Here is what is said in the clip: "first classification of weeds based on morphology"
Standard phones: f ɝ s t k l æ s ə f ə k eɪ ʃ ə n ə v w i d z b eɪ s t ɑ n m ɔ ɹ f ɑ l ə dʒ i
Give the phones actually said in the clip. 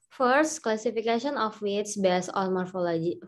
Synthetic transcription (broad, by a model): f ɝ s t k l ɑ s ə f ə k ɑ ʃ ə n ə f w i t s b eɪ s ɑ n m ɔ ɹ f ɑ l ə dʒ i